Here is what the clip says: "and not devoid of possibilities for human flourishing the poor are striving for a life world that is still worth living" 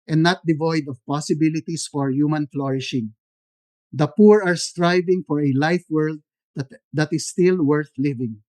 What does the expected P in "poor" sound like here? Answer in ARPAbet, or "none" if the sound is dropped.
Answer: P